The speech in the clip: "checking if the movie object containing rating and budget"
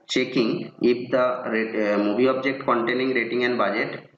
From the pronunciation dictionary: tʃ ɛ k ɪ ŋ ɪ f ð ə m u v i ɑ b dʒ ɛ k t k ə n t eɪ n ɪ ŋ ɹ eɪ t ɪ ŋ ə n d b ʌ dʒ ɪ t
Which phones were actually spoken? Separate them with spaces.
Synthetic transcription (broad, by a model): tʃ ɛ k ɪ ŋ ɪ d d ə m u b i ɑ b dʒ ɛ k t k ə n t eɪ n ɪ ŋ ɹ eɪ t ɪ ŋ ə n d b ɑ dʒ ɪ t